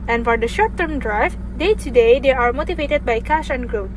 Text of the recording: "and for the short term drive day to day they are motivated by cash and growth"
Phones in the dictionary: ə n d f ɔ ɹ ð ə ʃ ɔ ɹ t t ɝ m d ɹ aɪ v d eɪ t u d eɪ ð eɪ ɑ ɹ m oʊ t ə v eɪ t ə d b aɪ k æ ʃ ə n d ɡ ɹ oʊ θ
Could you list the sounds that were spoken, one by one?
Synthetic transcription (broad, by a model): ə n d f ɔ ɹ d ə ʃ ɔ ɹ t t ɝ m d ɹ aɪ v d eɪ t u d eɪ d eɪ ɑ ɹ m oʊ t ə v eɪ t ə d b aɪ k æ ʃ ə n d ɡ ɹ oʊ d